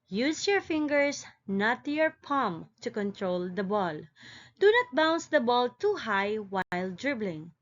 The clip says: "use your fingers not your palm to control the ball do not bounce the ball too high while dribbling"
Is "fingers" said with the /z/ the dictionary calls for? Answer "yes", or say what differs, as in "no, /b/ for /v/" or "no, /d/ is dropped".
no, /s/ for /z/